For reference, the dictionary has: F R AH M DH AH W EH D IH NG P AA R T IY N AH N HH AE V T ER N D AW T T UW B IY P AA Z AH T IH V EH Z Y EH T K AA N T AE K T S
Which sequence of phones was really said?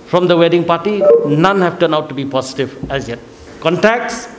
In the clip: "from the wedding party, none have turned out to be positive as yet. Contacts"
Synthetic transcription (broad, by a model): F R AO M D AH W EH D IH NG P AA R T IY N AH N HH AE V T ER N AW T T UW B IY P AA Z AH T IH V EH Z Y EH T K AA N T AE K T S